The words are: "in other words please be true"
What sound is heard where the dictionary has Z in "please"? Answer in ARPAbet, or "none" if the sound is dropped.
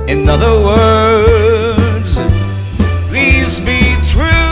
Z